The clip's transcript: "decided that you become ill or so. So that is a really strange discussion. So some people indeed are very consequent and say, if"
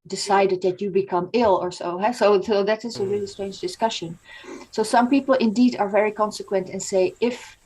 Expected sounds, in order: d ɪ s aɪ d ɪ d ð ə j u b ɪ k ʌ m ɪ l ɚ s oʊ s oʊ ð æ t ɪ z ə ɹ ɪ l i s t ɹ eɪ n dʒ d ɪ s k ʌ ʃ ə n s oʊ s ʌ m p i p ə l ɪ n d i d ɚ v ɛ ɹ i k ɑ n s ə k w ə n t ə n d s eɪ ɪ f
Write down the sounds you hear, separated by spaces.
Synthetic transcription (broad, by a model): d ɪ s aɪ d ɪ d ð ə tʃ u b ɪ k ʌ m ɪ l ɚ s oʊ s oʊ ð æ t ɪ z ə ɹ ɪ l i s t ɹ eɪ n dʒ d ɪ s k ʌ ʃ ə n s oʊ s ʌ m p i p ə l ɪ n d i d ɚ v ɛ ɹ i k ɑ n s ə k w ə n t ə n s eɪ ɪ f